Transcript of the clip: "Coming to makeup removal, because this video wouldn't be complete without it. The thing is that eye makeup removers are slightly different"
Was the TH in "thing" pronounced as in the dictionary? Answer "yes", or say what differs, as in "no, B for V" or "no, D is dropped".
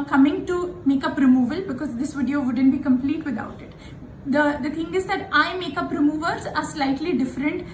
no, T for TH